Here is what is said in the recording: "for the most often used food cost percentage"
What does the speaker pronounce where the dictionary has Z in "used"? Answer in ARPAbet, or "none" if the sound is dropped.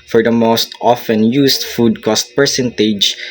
S